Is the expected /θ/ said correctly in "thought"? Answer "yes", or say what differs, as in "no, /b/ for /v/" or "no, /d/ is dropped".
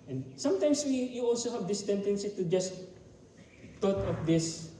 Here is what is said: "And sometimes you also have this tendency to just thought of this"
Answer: no, /t/ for /θ/